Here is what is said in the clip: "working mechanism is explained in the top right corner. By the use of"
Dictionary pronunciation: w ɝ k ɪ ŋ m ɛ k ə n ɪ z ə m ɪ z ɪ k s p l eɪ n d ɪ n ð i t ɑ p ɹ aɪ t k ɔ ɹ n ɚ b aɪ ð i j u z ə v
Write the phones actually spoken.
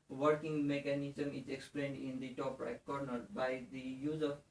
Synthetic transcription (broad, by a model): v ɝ k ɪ ŋ m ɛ k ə n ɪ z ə m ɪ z ɪ k s p l eɪ n d ɪ n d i t ɑ p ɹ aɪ k ɔ ɹ n ɚ b aɪ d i j u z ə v